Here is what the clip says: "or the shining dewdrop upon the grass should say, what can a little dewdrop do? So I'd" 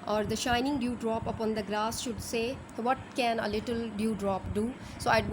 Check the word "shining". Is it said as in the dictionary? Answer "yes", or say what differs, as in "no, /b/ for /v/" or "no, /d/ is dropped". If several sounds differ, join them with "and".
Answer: yes